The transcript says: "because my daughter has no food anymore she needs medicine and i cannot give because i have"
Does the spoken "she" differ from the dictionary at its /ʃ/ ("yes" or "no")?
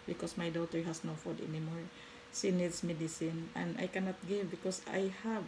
yes